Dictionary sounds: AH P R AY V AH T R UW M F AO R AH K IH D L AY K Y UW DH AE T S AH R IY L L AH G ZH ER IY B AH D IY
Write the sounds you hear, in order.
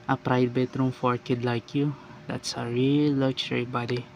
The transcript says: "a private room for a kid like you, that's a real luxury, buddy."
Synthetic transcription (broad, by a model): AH P R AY B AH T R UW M F AO R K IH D L AY K Y UW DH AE T S AH R IY L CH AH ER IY B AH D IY